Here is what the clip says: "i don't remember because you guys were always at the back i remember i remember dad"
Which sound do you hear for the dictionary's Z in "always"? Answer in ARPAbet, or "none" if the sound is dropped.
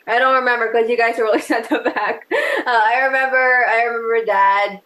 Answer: S